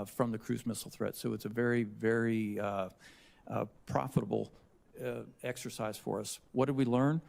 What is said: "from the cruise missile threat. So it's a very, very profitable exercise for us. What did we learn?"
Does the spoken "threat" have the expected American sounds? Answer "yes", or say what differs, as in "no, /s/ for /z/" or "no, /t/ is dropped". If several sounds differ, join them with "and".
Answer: yes